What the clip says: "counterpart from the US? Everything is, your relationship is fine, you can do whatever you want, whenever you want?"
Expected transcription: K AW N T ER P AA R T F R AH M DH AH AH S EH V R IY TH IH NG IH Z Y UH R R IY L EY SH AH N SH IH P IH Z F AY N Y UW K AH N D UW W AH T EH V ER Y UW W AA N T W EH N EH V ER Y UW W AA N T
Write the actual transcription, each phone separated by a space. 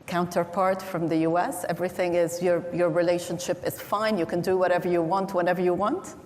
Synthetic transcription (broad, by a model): K AW N T ER P AA R T F R AH M DH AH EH S EH V R IY TH IH NG IH Z Y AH R R IY L EY SH AH N SH IH P IH Z F AY N Y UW K AH N D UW W AH T EH V ER Y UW W AA N T W EH N EH V ER Y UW W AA N T